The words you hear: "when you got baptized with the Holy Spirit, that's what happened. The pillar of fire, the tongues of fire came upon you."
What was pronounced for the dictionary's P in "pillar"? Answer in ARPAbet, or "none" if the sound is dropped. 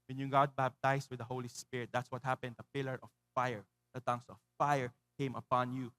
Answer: P